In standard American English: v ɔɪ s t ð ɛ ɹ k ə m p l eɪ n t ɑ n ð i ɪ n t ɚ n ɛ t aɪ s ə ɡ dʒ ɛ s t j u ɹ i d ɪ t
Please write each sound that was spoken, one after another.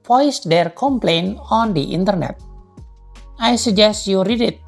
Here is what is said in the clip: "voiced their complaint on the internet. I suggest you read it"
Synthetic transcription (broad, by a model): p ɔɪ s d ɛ ɹ k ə m p l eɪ n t ɑ n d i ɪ n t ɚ n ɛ t aɪ s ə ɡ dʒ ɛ s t j u ɹ i d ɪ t